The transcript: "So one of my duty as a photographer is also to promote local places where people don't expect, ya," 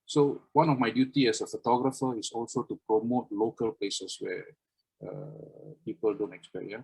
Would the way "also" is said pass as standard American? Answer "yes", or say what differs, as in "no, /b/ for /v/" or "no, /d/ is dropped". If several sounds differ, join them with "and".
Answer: yes